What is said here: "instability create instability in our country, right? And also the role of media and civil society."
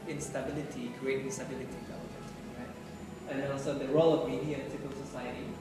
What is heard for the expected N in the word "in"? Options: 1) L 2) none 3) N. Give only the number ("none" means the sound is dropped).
1